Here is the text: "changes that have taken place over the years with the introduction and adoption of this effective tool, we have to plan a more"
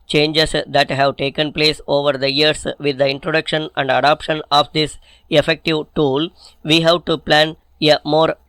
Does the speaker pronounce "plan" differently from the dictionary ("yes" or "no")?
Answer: no